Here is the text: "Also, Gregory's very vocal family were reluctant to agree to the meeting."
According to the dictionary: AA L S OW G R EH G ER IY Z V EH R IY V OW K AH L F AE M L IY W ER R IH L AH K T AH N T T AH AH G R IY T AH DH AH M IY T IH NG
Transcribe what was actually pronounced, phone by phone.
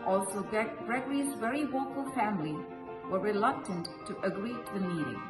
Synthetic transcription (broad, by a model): AA L S OW G R EH G ER IY Z V EH R IY W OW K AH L F AE M L IY W ER R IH L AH K T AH N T T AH AH G R IY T DH AH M IY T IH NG